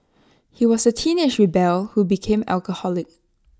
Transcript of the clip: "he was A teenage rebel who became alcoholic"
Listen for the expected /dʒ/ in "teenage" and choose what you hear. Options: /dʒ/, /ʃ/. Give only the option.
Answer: /ʃ/